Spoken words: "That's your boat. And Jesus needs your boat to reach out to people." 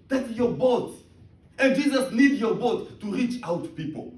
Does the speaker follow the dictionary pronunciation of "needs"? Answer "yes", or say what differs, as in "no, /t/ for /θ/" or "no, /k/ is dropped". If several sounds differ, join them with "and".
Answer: no, /z/ is dropped